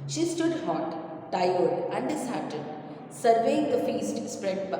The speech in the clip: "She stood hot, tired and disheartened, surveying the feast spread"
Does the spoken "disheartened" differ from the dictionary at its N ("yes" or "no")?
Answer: yes